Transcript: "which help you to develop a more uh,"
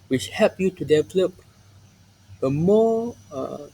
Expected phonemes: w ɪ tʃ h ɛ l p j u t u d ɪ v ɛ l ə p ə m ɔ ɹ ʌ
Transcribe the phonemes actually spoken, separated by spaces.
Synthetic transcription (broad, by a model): w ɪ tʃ h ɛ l p j u t u d ɪ v ɛ l ə p ə m ɔ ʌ